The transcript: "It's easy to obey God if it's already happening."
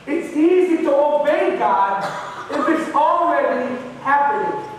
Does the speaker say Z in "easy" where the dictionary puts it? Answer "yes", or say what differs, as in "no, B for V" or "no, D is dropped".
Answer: yes